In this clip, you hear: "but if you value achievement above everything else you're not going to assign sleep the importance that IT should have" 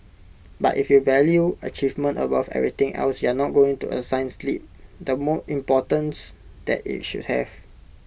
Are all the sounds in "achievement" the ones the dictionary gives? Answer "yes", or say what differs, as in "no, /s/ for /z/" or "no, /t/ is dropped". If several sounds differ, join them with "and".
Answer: yes